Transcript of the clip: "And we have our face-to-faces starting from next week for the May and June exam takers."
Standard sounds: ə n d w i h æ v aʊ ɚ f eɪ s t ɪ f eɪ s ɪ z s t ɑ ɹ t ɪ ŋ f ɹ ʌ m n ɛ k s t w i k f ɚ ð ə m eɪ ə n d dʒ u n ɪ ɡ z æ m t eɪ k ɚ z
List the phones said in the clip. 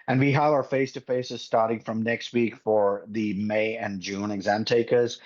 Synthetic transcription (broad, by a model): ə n w i h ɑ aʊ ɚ f eɪ s t ɪ f eɪ s ɪ z s t ɑ ɹ t ɪ ŋ f ɹ ʌ m n ɛ k s t w i k f ɚ ð ə m eɪ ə n dʒ u n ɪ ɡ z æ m t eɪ k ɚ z